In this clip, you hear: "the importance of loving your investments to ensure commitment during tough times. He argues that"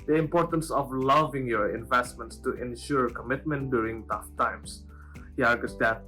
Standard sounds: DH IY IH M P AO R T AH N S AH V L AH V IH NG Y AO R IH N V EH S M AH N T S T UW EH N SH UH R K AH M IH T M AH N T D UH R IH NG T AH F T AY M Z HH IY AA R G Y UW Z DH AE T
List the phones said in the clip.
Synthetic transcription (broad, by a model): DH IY IH M P AO R T AH N S AH V L AH V IH NG Y AO R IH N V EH S M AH N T S T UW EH N SH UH R K AH M IH T M AH N T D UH R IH NG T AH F T AY M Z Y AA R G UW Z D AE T